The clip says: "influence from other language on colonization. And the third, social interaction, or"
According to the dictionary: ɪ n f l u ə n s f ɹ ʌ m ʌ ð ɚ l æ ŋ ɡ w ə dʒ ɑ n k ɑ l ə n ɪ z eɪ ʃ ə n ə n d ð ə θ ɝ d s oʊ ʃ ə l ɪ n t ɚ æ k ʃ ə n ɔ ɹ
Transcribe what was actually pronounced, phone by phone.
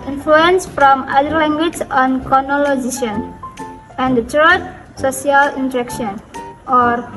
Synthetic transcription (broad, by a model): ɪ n f l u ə n s f ɹ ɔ m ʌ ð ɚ l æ ŋ ɡ w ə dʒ ɑ n k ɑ n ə l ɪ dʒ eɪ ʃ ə n ə n d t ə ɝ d s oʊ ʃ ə l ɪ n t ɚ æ k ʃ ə n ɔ ɹ